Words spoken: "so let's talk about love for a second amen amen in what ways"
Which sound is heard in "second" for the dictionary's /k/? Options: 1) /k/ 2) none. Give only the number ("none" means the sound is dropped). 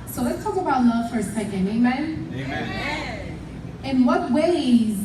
2